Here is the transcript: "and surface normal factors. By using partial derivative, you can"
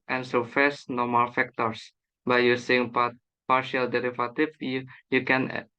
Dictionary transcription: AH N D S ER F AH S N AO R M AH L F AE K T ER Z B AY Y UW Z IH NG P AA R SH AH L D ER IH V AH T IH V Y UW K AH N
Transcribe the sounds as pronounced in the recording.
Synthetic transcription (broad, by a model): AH N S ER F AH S N AO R M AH L F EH K T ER S B AY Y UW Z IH NG P AA R SH AH L D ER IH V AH T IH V Y UW K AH N